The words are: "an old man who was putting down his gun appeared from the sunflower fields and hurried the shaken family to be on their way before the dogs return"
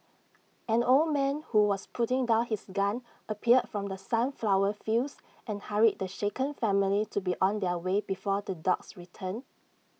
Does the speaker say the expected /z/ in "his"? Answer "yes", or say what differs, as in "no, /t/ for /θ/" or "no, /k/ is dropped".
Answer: no, /s/ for /z/